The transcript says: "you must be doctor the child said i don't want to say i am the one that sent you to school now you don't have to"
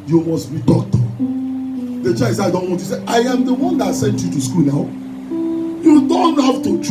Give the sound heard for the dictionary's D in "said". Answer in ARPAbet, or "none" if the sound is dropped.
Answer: none